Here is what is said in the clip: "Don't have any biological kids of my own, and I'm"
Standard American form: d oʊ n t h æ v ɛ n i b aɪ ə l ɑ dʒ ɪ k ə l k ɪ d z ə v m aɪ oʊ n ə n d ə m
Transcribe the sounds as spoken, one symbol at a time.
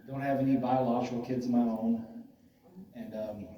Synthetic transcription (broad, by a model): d oʊ n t h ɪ v ɛ n i b aɪ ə l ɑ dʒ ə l k ɪ d z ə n m aɪ oʊ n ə n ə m